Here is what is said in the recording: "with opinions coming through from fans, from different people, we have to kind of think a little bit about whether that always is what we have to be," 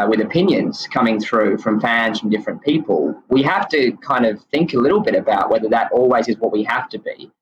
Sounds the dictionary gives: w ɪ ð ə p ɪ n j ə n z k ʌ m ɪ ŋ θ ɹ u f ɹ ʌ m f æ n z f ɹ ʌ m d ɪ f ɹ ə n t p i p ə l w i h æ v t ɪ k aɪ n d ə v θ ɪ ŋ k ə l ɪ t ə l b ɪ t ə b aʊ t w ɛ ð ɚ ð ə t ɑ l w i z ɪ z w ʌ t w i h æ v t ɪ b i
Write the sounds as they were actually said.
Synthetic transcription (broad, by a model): w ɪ ð ə p ɪ n j ə n z k ʌ m ɪ ŋ θ ɹ u f ɹ ʌ m f æ n z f ɹ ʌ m d ɪ f ɹ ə n p i p ə l w i h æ f t ɪ k aɪ n d ə v θ ɪ ŋ k ə l ɪ t l b ɪ t ə b aʊ t w ɛ ð ɚ ð ə t ɑ l w i z ɪ z w ʌ t w i h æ f t ɪ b i